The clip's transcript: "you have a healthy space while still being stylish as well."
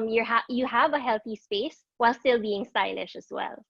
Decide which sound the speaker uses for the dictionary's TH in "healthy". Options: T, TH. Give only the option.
TH